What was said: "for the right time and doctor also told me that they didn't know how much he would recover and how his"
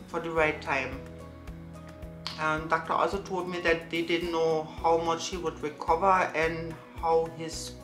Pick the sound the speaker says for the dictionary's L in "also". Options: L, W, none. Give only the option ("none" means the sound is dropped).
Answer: L